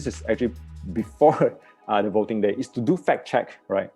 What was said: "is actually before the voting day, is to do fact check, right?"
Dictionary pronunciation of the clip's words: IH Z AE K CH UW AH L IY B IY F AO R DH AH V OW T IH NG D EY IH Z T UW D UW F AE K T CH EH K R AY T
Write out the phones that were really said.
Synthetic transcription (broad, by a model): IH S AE K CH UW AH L IY B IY F AO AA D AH V OW T IH NG D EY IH S T UW D UW F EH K CH EH K R AY T